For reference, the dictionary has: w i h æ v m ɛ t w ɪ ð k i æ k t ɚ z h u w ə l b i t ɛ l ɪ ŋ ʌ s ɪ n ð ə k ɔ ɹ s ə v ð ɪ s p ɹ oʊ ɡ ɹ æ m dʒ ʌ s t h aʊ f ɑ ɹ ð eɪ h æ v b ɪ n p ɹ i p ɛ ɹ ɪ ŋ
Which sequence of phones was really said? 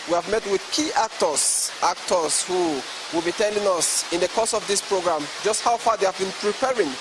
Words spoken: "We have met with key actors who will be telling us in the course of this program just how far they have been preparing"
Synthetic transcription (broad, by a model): w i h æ v m ɛ t w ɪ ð k i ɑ k t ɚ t h u w ə l b i t ɛ l ɪ ŋ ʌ s ɪ n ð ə k ɔ s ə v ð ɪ s p ɹ oʊ ɡ ɹ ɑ m dʒ ʌ s t h aʊ f ɑ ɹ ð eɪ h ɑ v b ɪ n p ɹ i p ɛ ɹ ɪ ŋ